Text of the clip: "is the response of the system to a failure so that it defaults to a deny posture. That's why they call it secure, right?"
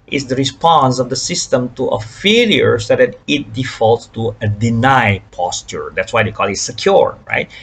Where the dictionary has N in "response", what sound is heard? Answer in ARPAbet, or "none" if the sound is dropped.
N